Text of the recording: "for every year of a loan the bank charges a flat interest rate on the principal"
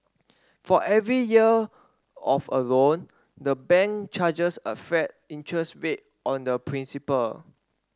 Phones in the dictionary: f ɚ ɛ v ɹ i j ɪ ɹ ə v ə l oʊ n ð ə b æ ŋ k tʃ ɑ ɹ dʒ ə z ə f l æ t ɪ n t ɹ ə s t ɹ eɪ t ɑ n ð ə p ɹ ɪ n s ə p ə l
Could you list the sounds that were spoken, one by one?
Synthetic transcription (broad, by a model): f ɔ ɛ v ɹ i j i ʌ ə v ə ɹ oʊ n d ə b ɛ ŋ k tʃ ɑ dʒ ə s ə f ɛ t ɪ n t ɹ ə s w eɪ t ɑ n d ə p ɹ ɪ n s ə p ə l